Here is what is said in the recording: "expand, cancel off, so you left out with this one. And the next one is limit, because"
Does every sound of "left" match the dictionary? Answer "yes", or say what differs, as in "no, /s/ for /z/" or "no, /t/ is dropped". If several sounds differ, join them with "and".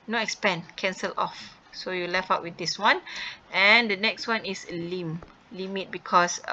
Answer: no, /t/ is dropped